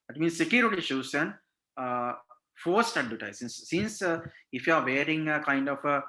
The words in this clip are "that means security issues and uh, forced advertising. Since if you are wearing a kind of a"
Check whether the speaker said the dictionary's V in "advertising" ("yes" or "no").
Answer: no